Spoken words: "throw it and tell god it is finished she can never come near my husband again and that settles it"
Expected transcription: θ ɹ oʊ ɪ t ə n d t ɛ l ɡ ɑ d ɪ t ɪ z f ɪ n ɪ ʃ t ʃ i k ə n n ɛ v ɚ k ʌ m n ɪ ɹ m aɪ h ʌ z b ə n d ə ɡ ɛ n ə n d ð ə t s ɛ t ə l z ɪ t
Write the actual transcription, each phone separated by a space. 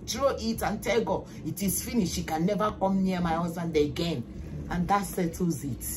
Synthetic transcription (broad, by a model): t ɹ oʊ ɪ t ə n t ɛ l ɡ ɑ ɪ t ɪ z f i n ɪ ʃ ʃ i k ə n n ɛ v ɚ k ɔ m n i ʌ m aɪ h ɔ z ə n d ə ɡ ɛ n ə n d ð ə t s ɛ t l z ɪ t